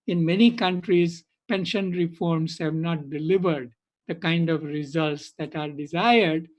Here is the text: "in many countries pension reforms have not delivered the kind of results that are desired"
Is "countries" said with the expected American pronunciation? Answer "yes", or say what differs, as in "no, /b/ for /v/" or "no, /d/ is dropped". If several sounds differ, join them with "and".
yes